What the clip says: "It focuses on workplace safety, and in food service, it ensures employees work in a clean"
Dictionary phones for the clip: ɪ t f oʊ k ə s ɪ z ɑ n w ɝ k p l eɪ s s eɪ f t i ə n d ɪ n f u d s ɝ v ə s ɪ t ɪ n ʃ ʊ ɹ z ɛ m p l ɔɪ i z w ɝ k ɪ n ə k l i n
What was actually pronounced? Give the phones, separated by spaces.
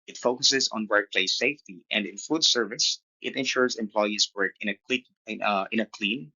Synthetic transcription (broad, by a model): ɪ t f oʊ k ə s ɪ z ɑ n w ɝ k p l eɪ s s eɪ f t i ə n d ɪ n f u d s ɝ v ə s ɪ t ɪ n ʃ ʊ ɹ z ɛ m p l ɔɪ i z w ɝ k ɪ n ə k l i n